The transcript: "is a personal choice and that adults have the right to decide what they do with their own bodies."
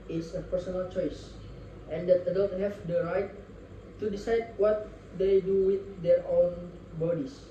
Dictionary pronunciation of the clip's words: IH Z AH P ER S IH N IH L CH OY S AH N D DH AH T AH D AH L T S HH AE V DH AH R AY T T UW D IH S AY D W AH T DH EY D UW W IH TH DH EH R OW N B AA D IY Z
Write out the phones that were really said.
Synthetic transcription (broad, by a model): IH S AH P ER S IH N IH L CH OY S AH N D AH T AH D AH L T HH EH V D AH R AY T T UW D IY S AY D W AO T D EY D UW W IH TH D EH R OW N B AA D IY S